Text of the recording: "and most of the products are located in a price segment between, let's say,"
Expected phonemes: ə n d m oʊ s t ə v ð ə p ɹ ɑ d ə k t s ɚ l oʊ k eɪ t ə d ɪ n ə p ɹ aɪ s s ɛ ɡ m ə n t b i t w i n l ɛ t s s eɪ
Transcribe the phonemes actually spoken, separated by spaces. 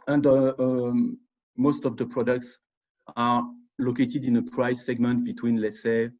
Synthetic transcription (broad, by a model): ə n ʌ m oʊ s t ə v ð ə p ɹ ɑ d ə k t s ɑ l oʊ k eɪ t ə d ɪ n ə p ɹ aɪ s s ɛ ɡ m ə n t b i t w i n l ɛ t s s eɪ